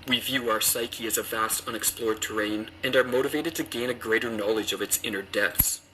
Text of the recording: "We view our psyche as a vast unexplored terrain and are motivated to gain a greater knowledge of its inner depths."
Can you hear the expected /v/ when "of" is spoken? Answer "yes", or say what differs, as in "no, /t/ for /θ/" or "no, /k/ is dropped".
yes